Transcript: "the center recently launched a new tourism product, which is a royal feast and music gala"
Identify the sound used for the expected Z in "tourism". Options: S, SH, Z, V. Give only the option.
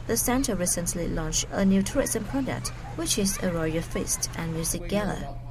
S